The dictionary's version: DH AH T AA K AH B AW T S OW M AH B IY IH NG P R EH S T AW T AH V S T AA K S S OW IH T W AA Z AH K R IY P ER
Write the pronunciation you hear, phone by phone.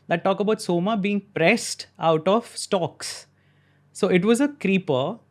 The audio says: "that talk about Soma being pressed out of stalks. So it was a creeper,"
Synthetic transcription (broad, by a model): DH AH T AA K AH B AW T S OW M AH B IY IH NG P R EH S T AW T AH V S T AA K S S OW IH T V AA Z AH K R IY P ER